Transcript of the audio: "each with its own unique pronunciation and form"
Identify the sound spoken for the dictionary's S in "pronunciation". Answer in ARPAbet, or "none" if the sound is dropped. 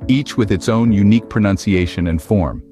S